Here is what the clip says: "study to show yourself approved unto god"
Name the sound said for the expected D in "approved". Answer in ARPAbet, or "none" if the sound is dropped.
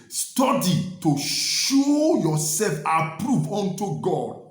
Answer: none